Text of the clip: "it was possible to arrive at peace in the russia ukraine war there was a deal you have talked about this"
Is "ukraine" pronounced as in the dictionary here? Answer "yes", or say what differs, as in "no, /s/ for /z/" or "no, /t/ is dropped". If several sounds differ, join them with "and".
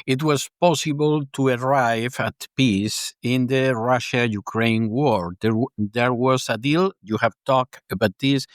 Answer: yes